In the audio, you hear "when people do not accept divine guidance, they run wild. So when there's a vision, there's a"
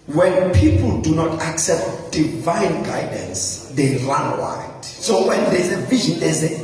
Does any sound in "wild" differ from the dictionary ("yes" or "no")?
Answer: yes